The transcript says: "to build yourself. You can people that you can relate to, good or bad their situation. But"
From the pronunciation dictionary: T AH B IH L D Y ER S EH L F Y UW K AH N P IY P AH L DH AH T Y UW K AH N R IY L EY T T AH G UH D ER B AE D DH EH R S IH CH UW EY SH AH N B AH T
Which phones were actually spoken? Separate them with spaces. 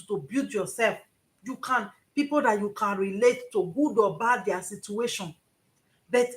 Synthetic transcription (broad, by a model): T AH B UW D Y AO S EH L F Y UW K AH N P IY P AH L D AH T Y UW K AH N R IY L EY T T AH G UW D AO B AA D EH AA S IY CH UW EY SH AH N B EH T